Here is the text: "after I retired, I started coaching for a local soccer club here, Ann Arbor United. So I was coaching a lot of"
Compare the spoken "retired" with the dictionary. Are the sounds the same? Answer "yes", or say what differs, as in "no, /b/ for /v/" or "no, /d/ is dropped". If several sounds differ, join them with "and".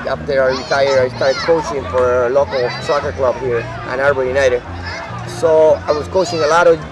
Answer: no, /d/ is dropped